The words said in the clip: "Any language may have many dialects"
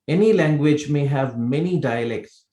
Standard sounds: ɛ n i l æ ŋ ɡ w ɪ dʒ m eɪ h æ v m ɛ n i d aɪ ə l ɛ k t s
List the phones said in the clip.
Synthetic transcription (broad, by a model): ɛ n i l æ ŋ ɡ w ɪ dʒ m eɪ h æ v m ɛ n i d aɪ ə l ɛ k t s